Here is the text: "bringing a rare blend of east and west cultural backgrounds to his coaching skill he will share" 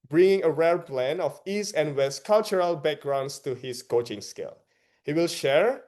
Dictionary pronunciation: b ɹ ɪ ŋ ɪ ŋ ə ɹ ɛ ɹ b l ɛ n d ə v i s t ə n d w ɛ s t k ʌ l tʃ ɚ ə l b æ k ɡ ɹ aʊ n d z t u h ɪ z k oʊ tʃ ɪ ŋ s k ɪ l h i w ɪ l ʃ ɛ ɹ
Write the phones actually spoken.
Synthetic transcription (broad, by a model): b ɹ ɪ ŋ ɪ ŋ ə ɹ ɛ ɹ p l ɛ n ə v i s t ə n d w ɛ s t k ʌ l tʃ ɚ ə l b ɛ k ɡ ɹ aʊ n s t u h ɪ s k oʊ tʃ ɪ ŋ s k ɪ l h i w ɪ l ʃ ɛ ɹ